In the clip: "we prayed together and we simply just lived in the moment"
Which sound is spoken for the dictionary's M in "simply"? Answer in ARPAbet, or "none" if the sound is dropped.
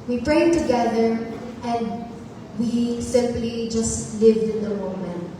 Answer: M